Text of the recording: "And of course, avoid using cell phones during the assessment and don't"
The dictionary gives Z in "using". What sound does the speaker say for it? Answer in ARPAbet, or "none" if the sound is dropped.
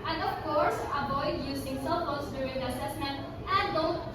S